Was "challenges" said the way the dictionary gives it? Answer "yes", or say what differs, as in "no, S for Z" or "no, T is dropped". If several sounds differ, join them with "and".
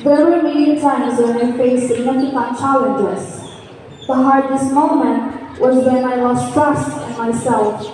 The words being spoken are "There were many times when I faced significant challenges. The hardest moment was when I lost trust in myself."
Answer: no, S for Z